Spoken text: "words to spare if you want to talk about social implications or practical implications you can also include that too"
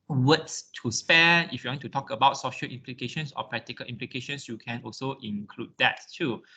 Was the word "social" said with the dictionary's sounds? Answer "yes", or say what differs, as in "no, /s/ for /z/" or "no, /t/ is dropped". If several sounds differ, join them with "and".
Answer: yes